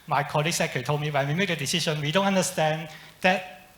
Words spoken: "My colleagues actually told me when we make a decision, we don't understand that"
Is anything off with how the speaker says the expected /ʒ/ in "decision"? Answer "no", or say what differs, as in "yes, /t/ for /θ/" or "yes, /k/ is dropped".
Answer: yes, /ʃ/ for /ʒ/